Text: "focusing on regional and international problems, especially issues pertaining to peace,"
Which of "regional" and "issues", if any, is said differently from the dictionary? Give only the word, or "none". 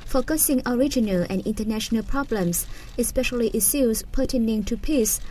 issues